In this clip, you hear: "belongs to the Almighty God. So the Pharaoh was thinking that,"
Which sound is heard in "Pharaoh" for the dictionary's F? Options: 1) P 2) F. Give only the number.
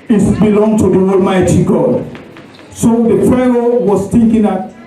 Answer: 1